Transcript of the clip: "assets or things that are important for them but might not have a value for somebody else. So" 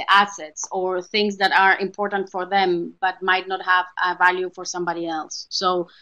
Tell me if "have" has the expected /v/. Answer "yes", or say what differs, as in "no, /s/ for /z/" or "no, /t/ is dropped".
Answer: yes